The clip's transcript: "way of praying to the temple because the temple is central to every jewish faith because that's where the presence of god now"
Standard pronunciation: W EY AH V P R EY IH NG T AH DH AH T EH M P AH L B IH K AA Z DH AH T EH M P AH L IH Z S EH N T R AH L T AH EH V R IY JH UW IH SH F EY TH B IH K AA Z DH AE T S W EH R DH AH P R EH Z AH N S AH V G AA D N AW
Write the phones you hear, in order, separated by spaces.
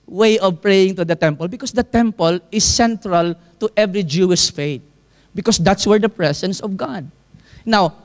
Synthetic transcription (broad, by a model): W EY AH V P R EY IH NG T AH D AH T EH M P AH L B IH K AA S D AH T EH M P AH L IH S EH N T R AH L T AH EH V R IY JH UW IH SH F EY T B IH K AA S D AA T S W EH R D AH P R EH S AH N S AH V G AA D N AW